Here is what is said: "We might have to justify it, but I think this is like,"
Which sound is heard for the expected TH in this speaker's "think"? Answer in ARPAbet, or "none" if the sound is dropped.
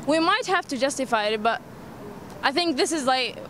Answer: TH